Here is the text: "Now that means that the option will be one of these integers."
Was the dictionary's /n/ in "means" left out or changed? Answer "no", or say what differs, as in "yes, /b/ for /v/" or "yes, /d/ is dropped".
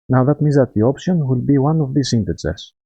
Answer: yes, /n/ is dropped